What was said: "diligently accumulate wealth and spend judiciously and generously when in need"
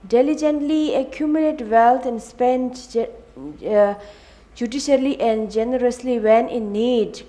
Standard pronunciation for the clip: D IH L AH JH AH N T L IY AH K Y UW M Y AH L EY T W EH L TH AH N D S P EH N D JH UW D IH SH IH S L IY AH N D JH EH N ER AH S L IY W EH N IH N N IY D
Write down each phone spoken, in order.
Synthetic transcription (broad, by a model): D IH L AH JH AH N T L IY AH K Y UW M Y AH L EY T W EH L T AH N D S P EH N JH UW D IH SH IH L IY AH N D JH EH N ER AH S L IY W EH N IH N N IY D